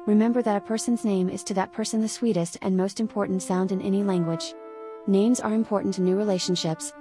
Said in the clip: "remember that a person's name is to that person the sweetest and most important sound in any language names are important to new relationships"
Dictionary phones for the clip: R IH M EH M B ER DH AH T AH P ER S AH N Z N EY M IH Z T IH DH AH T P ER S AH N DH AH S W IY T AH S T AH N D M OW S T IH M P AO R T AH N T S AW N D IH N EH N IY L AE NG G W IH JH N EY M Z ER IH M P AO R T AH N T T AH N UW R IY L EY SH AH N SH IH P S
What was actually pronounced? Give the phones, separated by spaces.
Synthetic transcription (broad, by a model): R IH M EH M B ER DH AH T AH P ER S AH N Z N EY M IH Z T IH DH AH T P ER S AH N DH AH S W IY T AH S T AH N M OW S T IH M P AO R T N T S AW N D IH N EH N IY L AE NG G W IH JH N EY M Z ER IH M P AO R T N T T N UW R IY L EY SH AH N SH IH P S